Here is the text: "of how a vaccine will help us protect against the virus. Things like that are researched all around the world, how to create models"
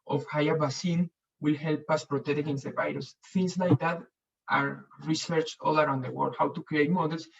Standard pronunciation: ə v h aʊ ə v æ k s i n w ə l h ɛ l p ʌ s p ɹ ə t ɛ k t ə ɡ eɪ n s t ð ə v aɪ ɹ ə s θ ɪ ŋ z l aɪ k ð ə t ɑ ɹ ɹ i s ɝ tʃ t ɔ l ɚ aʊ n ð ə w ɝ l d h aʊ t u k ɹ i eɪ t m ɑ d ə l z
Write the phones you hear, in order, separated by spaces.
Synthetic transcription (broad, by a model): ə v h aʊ ə b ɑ s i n w ə l h ɛ l p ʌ s p ɹ ə t ɛ k t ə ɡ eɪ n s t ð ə v aɪ ɹ ə s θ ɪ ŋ s l aɪ k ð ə t ɑ ɹ ɹ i s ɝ tʃ ɔ l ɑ aʊ n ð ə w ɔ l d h aʊ t u k ɹ i eɪ t m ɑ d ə l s